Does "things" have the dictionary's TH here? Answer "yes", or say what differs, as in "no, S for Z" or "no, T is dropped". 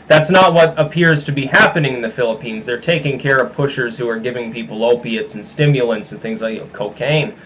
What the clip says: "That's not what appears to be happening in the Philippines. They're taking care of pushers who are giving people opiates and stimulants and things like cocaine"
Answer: yes